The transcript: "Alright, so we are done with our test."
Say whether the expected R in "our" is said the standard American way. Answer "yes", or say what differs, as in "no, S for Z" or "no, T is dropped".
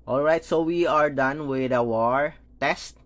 yes